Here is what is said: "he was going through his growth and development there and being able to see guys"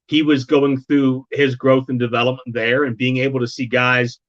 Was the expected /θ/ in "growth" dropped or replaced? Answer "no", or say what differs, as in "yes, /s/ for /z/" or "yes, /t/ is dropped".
no